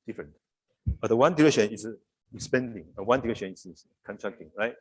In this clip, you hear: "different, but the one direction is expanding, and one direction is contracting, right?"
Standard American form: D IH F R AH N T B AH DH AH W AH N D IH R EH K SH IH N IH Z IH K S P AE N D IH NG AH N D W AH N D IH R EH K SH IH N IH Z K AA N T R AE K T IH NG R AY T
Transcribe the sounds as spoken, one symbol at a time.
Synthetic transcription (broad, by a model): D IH F R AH N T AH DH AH W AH N D IH R EH K SH IH N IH S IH S P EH N D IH NG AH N W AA N D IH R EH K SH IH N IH S K AA N T R AE K T IH NG R AY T